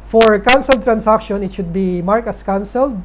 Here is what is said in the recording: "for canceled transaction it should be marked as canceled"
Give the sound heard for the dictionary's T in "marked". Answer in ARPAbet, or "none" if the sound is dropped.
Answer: none